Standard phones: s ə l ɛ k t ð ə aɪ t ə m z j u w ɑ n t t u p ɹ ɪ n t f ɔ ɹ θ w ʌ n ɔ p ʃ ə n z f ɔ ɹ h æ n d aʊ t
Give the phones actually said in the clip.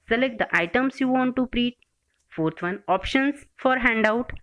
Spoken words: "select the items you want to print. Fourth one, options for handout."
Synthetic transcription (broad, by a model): s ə l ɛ k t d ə aɪ t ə m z j u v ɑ n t t u p ɹ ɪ t f ɔ ɹ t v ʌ n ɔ p ʃ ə n s f ɔ ɹ h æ n d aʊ t